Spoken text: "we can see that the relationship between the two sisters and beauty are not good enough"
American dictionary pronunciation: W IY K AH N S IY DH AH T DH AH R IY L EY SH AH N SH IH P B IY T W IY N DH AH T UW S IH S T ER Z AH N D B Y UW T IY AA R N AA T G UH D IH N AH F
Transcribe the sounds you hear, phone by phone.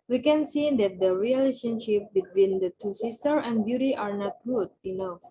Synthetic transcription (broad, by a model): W IY K AH N S IY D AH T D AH R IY L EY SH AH N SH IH P B IY T W IY N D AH T UW S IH S T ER AH N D B Y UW T IY AA R N AA T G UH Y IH N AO